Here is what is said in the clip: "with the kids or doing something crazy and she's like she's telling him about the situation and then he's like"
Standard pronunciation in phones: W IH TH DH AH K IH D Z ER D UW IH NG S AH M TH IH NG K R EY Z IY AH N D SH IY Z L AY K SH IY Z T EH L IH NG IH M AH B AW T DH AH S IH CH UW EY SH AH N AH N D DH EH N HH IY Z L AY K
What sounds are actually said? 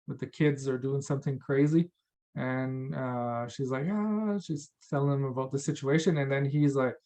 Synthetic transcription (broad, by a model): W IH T DH AH K IH D Z ER D UW IH NG S AH M TH IH NG K R EY Z IY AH N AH SH IY Z L AY K SH IY Z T EH L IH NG IH M AH B AW T DH AH S IH CH UW EY SH AH N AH N DH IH N IY Z L AY K